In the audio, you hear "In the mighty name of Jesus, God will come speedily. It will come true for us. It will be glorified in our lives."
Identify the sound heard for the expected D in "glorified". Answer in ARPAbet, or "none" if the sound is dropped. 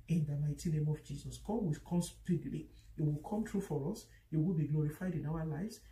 D